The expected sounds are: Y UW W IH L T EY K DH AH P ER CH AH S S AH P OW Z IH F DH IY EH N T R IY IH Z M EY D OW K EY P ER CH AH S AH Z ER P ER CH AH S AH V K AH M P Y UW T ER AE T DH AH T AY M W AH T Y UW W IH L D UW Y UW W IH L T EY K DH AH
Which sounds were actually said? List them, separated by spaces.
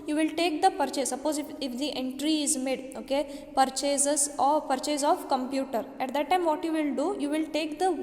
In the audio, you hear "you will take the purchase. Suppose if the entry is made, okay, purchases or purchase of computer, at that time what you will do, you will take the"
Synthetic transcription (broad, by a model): Y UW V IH L T EY K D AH P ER CH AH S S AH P OW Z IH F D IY EH N T R IY IH Z M EY D OW K EY P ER CH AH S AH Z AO P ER CH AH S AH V K AH M P Y UW T ER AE T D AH T AY M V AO T Y UW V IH L D UW Y UW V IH L T EY K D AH